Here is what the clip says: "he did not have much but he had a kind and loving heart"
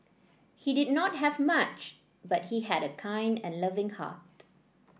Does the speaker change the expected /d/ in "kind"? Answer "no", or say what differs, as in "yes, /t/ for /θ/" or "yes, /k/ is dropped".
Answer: no